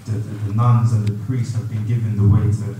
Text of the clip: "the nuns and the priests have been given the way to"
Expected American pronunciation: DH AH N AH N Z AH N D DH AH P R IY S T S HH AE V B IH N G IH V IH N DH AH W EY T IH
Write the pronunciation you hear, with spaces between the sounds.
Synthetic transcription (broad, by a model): DH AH N AH N Z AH N DH AH P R IY S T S HH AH V B IH N G IH V IH N DH AH W EY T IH